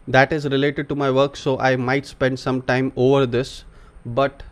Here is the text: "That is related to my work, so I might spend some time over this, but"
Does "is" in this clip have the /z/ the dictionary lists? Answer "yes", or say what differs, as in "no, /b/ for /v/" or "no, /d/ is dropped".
yes